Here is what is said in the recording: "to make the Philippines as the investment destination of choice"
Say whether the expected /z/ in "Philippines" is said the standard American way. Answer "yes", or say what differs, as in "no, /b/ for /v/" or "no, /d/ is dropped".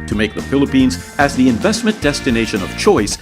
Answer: yes